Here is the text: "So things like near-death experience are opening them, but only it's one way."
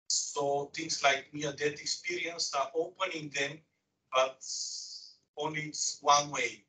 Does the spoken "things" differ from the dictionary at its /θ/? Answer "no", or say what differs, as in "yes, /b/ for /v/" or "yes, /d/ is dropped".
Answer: yes, /t/ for /θ/